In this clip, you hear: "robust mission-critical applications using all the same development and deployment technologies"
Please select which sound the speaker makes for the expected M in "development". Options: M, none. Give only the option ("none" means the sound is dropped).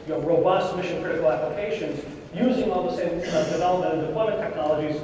none